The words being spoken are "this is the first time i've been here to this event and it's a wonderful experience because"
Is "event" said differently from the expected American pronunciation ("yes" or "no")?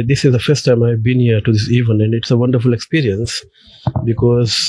yes